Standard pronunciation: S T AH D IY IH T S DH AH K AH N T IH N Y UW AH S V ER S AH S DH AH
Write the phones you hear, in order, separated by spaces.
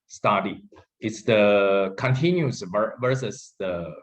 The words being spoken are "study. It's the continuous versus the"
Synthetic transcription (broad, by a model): S T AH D IY IH T S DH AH K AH N T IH N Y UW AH V ER S AH S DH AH